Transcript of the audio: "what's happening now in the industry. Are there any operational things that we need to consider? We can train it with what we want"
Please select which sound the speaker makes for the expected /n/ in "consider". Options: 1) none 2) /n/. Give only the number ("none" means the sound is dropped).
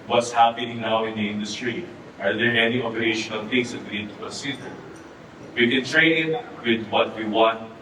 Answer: 1